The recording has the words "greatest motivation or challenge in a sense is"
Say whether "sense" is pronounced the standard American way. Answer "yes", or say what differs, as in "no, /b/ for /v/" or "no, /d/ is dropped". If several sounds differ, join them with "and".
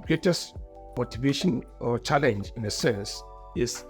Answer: no, /n/ is dropped